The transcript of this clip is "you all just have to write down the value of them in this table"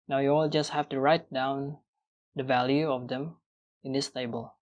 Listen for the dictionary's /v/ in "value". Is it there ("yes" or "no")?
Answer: yes